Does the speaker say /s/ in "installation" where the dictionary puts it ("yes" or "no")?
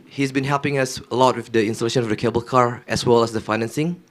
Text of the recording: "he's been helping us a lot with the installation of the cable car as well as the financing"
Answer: yes